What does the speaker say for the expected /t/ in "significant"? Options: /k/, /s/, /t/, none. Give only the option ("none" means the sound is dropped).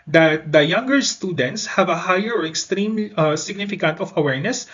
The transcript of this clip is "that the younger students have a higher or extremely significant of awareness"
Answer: /t/